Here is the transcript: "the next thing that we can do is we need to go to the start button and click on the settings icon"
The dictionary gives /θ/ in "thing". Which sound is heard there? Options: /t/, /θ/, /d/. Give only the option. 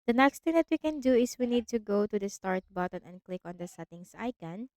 /t/